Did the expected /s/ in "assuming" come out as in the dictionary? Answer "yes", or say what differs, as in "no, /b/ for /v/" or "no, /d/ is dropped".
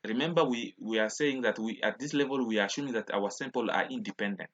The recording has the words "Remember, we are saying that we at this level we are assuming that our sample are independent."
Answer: no, /ʃ/ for /s/